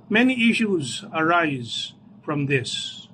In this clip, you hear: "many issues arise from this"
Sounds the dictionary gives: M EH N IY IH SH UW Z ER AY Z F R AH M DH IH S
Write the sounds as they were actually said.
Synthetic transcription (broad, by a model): M EH N IY IH SH UW Z ER AY Z F R AH M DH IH S